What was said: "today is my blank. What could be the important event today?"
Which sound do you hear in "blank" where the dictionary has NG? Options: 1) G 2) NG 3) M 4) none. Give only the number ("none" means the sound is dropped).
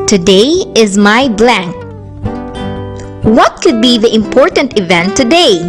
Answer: 2